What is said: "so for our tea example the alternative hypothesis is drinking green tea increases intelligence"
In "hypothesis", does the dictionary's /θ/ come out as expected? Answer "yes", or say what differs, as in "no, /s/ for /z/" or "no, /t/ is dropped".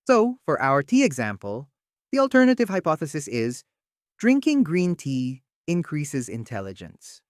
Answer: yes